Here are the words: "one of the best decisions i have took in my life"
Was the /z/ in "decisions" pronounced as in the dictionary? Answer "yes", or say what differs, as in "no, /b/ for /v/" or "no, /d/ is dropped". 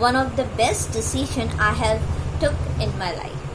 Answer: no, /z/ is dropped